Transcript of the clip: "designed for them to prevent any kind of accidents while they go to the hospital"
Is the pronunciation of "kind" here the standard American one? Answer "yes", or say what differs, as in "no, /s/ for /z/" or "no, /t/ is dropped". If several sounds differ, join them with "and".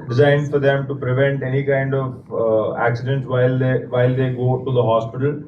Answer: yes